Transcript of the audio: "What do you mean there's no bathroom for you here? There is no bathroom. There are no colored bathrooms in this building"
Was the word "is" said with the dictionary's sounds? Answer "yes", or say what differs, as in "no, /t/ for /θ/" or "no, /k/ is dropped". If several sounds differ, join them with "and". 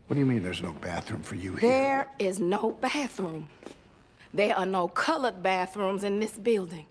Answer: yes